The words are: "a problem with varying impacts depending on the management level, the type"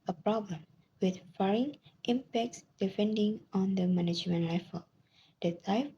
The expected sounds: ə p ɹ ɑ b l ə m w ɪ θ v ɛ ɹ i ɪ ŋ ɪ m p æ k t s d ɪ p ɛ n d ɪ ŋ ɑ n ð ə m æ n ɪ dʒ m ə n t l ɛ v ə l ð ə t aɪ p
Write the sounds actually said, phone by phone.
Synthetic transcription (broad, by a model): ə p ɹ ɑ b l ə m w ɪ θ f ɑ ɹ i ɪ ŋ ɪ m p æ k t s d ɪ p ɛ n d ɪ ŋ ɑ n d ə m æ n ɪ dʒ m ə n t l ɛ f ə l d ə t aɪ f